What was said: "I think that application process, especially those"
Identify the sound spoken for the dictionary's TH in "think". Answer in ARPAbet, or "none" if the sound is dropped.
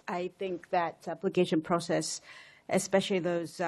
TH